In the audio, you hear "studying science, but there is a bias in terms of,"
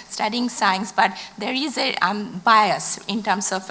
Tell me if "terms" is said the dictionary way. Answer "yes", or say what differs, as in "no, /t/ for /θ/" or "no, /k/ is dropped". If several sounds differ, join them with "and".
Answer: no, /s/ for /z/